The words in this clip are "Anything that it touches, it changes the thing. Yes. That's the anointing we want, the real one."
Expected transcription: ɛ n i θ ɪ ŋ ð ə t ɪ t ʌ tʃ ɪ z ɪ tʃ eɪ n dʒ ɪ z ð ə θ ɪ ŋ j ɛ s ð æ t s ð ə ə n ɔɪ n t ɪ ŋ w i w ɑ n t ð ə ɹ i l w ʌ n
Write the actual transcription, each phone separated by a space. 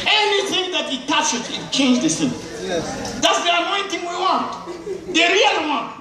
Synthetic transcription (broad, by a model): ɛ n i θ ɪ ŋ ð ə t ɪ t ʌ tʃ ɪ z ɪ tʃ eɪ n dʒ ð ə s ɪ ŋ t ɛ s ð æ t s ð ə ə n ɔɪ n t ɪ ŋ w i w ɑ n t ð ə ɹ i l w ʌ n